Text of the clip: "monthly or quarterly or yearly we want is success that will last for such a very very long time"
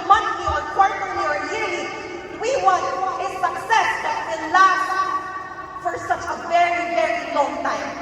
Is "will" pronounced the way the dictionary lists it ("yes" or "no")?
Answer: no